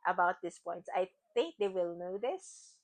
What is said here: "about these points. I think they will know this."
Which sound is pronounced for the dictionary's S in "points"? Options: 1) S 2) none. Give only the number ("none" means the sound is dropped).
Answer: 2